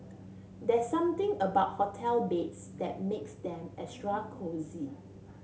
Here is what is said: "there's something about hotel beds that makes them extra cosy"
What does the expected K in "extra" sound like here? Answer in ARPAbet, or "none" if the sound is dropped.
none